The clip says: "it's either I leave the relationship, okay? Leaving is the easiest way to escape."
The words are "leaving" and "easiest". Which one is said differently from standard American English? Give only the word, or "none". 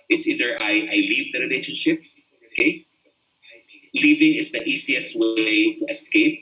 easiest